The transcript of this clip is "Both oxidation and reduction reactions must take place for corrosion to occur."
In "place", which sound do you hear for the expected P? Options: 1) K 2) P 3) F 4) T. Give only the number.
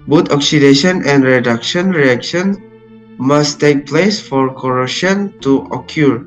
2